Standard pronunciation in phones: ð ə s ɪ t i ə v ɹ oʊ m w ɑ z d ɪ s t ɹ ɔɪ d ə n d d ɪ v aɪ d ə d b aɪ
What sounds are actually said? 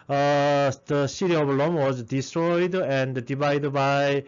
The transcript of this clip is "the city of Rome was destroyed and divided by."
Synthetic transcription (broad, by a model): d ə s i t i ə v l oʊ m w ɑ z d ɪ s t ɹ ɔɪ d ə n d d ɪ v aɪ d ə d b aɪ